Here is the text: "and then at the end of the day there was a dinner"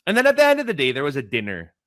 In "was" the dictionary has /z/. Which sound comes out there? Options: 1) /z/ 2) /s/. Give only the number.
1